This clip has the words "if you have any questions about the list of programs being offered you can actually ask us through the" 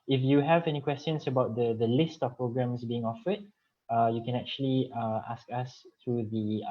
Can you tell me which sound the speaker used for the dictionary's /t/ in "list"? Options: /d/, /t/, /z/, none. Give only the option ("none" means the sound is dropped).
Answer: /t/